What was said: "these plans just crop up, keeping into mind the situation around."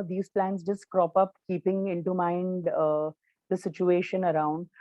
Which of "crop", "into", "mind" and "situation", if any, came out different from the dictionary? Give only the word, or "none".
none